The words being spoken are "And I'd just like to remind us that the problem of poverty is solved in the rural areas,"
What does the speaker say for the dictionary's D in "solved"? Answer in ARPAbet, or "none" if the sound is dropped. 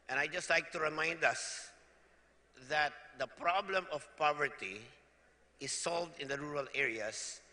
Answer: D